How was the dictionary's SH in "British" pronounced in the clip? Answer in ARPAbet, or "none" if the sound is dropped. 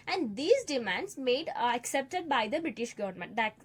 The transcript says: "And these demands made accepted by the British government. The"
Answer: SH